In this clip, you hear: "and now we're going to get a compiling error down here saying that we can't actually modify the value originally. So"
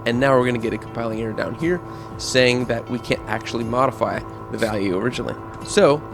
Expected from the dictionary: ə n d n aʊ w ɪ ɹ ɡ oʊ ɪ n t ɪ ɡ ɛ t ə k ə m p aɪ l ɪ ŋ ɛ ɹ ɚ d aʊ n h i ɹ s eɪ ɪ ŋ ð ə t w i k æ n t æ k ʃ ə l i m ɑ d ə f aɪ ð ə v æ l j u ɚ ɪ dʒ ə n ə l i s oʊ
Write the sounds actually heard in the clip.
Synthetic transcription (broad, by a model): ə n n aʊ w ɪ ɹ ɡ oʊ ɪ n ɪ ɡ ɛ t ə k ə m p aɪ l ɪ ŋ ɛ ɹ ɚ d aʊ n h i ɹ s eɪ ɪ ŋ ð ə t w i k æ n t æ k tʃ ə l i m ɑ d ə f aɪ ð ə v æ l j u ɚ ɪ dʒ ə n l i s oʊ